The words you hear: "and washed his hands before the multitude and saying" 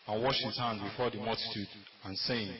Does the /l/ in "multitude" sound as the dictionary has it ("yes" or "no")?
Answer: yes